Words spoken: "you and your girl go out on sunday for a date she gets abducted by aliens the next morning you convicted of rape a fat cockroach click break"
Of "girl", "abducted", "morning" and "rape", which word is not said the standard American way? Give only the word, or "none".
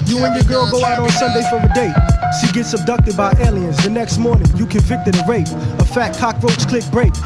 none